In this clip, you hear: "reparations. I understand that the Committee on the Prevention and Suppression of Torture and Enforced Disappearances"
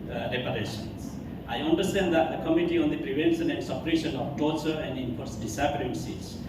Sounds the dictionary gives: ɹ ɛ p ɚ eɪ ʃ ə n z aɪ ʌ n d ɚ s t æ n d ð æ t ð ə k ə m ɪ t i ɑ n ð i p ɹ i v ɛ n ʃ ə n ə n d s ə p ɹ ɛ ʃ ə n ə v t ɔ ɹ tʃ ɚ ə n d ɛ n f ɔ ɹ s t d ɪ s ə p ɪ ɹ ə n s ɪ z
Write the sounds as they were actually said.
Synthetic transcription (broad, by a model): ɹ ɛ p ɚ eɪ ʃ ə n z aɪ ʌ n d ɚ s t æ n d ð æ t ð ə k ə m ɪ t i ɑ n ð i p ɹ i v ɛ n s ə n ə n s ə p ɹ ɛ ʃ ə n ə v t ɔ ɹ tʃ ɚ ə n d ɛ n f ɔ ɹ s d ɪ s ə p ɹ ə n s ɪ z